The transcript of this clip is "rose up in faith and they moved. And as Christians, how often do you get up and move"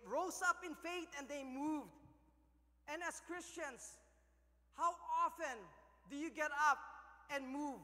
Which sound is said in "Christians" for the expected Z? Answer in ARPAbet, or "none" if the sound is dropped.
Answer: S